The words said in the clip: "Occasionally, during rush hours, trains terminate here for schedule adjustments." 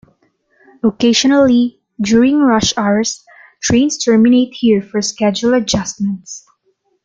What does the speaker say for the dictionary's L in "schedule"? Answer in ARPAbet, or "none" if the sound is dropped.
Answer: L